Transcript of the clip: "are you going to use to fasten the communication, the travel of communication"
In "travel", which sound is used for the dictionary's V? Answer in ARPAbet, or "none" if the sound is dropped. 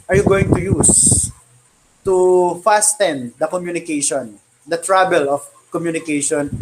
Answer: B